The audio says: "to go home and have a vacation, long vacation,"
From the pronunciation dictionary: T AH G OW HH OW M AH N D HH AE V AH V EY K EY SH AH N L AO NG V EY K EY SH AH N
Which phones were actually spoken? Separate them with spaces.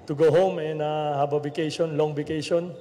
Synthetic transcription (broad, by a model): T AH G OW HH OW M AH N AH HH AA B AH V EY K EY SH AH N L AO NG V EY K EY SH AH N